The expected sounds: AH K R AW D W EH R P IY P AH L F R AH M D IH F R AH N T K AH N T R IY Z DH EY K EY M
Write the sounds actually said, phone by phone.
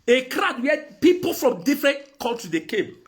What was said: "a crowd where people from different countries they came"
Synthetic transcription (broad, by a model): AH K R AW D W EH P IY P AH L F R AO M D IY F R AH N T K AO L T IY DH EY K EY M